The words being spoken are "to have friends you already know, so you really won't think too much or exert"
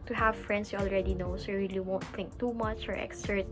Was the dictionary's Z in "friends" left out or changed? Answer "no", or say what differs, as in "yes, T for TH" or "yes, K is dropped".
yes, S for Z